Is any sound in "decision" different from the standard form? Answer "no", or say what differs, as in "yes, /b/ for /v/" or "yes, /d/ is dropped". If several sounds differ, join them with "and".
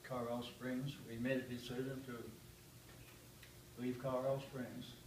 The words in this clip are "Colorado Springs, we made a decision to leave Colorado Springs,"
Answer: yes, /z/ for /ʒ/